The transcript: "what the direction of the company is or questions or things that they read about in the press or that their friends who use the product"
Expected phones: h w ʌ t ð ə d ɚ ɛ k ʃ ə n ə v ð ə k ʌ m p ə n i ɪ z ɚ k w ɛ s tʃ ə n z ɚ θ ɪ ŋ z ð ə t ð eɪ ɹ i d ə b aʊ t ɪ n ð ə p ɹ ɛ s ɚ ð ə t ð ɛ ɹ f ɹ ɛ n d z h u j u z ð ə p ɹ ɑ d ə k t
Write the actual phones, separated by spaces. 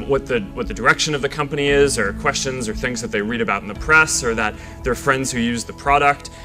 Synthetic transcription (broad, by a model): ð w ʌ t ð ə d ɚ ɛ k ʃ ə n ə v ð ə k ʌ m p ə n i ɪ z ɚ k w ɛ s tʃ ə n z ɚ θ ɪ ŋ z ð ə t ð eɪ ɹ i d ə b aʊ t n ð ə p ɹ ɛ s ɚ ð ə t ð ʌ ɹ f ɹ ɛ n d z h u j u z ð ə p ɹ ɑ d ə k t